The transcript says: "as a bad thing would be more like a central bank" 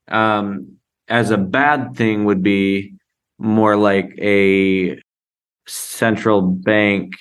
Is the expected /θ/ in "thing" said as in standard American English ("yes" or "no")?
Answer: yes